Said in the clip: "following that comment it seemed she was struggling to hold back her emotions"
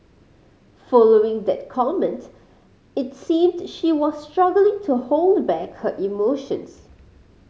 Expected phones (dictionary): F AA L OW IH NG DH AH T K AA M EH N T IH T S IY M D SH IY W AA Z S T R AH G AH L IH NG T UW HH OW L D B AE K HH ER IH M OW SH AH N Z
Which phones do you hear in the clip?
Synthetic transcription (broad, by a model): F AA L OW IH NG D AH T K AA M EH N T IH T S IY M D SH IY W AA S T R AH G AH L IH NG T UW HH OW L D B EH K HH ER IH M OW SH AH N S